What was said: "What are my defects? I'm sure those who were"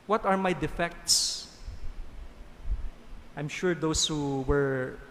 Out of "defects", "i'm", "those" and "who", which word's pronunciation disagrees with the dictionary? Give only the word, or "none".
those